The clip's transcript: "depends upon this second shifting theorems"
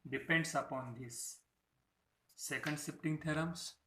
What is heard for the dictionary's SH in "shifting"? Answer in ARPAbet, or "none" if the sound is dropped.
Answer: S